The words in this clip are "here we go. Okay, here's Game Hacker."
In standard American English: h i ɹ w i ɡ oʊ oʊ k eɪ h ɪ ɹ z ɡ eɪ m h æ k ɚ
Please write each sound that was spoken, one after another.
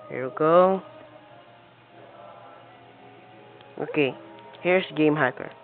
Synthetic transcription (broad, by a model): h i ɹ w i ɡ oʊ oʊ k eɪ h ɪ ɹ s ɡ eɪ m h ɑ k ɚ